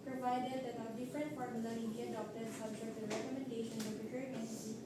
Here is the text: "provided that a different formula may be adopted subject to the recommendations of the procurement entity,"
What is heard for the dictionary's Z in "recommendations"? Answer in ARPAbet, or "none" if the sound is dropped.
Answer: none